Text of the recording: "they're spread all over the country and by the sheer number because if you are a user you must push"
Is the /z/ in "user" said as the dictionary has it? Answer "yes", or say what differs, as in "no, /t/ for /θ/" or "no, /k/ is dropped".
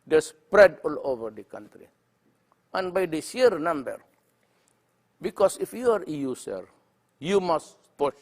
no, /s/ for /z/